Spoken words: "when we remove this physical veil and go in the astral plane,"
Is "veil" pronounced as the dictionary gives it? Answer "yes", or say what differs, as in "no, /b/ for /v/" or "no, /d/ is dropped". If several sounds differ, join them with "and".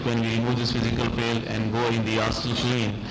no, /p/ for /v/